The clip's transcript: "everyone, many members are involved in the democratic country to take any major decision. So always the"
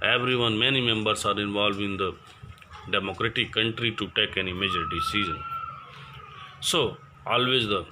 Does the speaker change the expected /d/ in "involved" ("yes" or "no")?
yes